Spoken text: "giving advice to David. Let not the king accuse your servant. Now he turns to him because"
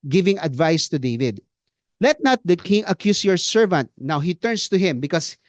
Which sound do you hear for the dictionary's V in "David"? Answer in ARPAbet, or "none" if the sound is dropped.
V